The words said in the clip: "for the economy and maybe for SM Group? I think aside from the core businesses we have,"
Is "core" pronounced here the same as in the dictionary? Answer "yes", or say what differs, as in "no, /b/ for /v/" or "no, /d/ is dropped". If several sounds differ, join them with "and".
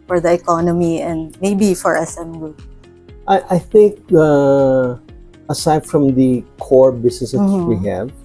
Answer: yes